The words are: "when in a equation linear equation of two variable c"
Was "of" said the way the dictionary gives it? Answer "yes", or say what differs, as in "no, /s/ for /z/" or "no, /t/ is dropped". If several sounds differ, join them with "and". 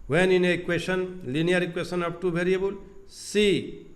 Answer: no, /p/ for /v/